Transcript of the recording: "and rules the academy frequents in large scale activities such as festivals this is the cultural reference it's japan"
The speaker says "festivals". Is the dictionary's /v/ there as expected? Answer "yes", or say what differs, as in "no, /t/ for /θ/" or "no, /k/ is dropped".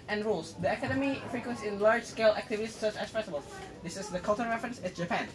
no, /b/ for /v/